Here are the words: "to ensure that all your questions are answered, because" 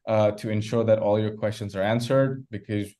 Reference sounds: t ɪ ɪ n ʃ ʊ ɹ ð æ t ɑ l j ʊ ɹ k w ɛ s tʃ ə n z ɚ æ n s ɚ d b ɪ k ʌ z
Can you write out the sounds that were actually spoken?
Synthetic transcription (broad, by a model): t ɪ ɪ n ʃ ʊ ɹ ð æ t ɑ l j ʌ ɹ k w ɛ s tʃ ə n z ɚ æ n s ɚ d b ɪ k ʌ z